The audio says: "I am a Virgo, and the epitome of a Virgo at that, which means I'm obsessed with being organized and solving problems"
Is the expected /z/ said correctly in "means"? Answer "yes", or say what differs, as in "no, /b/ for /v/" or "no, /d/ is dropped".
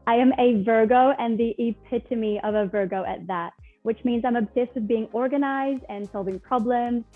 yes